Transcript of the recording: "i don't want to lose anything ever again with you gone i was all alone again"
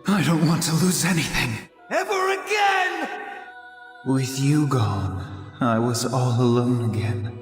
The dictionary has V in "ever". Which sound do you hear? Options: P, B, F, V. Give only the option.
V